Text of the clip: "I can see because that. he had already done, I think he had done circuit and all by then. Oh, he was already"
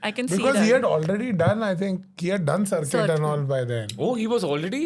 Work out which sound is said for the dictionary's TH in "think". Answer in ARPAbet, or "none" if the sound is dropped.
T